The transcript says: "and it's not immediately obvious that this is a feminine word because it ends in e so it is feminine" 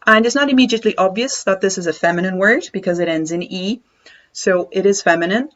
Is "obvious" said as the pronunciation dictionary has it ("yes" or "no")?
yes